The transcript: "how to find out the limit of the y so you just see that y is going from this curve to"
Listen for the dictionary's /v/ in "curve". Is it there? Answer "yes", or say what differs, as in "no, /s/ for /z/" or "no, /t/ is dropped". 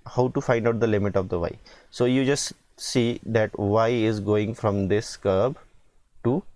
no, /b/ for /v/